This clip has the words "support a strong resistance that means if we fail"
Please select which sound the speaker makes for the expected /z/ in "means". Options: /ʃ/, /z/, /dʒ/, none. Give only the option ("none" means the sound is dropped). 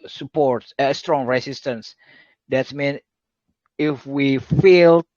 none